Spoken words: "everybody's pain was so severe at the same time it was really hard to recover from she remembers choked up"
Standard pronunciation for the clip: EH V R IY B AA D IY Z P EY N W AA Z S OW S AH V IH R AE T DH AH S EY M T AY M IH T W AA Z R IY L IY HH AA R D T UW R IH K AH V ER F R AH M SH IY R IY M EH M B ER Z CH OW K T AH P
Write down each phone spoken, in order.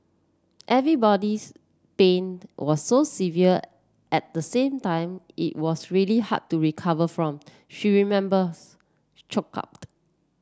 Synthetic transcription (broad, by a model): EH V R IY B AA D IY S P EY N W AA S OW S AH V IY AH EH T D AH S EY M T AY M IH T W AA S R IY L IY HH AA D T UW R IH K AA V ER F R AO M SH IY R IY M EH M B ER S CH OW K AA P